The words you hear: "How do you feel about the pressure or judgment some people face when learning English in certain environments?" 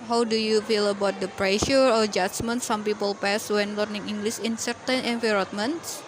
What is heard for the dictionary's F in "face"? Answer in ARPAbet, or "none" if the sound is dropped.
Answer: P